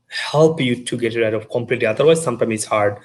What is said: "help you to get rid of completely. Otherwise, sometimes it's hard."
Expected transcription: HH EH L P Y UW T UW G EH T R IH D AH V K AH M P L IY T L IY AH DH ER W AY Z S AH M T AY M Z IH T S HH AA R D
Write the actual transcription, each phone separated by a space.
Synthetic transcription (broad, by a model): HH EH L P Y UW T UW G EH T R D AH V K AH M P L IY T L IY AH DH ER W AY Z S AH M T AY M IH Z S HH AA R D